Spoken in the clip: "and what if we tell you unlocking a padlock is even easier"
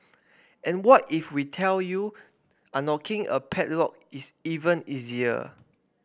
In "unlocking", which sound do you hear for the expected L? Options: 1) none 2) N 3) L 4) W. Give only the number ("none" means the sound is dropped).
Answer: 1